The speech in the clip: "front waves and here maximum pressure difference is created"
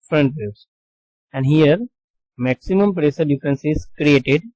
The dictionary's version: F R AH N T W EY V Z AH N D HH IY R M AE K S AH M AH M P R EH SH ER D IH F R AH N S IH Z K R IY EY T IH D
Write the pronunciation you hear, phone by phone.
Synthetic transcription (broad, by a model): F R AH N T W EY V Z AH N D HH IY R M AE K S AH M AH M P R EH S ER D IH F R AH N S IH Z K R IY EY T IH D